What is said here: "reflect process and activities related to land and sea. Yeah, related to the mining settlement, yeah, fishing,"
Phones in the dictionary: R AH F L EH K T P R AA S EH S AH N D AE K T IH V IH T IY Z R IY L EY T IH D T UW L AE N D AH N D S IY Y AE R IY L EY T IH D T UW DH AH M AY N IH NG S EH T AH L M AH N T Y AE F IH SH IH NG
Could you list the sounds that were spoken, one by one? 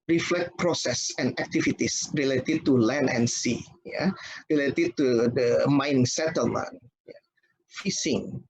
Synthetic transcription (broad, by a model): R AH F L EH K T P R AA S EH S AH N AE K T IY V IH T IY S R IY L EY T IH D T UW L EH N AH N S IY Y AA R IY L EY T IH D T UW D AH M AY N IH NG S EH T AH L M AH N Y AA F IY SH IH NG